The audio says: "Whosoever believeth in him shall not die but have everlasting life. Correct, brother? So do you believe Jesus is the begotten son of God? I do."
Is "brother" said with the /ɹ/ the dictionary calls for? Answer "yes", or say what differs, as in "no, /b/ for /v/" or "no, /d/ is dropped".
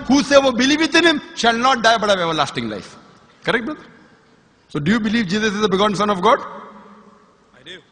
no, /ɹ/ is dropped